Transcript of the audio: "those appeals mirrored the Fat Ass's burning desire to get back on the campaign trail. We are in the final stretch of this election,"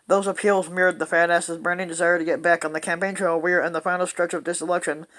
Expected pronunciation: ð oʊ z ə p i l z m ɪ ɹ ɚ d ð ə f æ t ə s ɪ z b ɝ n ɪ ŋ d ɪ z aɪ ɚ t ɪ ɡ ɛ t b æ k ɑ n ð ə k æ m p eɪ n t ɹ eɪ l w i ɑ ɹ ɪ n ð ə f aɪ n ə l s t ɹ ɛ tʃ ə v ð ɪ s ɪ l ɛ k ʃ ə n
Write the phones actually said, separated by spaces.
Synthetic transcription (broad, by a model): ð oʊ z ə p i l z m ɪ ɹ d ð ə f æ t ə s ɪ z b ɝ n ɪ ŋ d ɪ z aɪ ɚ t ɪ ɡ ɛ t b æ k n ð ə k æ m p eɪ n t ɹ eɪ l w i ɹ ɪ n ð ə f aɪ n l s t ɹ ɛ tʃ ə v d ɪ s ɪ l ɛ k ʃ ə n